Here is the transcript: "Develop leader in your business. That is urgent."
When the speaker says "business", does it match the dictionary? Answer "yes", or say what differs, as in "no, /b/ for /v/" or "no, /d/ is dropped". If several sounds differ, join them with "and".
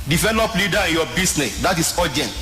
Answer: no, /s/ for /z/